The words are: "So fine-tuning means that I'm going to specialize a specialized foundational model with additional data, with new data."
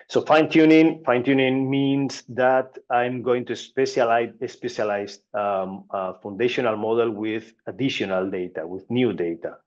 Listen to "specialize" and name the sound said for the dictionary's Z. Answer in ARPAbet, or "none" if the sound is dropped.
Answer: none